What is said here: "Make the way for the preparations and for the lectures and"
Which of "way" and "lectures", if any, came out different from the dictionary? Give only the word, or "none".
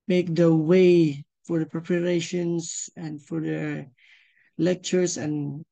lectures